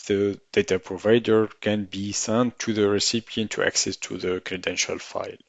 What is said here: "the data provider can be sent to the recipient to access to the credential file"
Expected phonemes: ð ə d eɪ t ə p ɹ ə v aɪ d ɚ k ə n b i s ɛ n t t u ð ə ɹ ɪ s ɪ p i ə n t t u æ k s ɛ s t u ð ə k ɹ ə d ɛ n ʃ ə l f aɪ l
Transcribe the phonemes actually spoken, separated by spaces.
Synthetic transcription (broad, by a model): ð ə d eɪ t ə p ɹ ə v aɪ d ɚ k ə n b i s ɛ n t t u ð ə ɹ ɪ s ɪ p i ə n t t u æ k s ɛ s t u ð ə k ɹ ə d ɛ n ʃ ə l f aɪ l